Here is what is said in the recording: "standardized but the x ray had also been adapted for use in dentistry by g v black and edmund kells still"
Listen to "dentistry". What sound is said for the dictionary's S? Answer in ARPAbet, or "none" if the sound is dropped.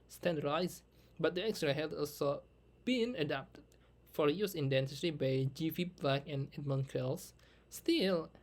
none